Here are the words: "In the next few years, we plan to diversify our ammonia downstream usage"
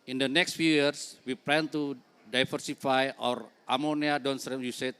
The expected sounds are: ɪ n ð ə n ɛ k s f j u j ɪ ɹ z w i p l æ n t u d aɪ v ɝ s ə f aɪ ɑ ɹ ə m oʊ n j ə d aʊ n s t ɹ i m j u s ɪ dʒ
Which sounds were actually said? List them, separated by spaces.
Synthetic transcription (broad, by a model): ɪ n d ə n ɛ k s f j u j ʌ ɹ s w i p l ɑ n t u d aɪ f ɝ s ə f aɪ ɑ ɹ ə m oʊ n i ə d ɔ n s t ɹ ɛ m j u s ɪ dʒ